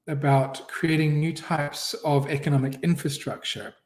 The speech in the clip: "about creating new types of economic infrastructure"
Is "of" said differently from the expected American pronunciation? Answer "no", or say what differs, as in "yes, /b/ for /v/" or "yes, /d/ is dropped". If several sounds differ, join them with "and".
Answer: no